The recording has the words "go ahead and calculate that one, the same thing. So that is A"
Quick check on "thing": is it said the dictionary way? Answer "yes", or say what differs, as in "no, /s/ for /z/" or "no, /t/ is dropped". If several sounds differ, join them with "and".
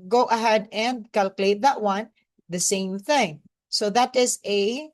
yes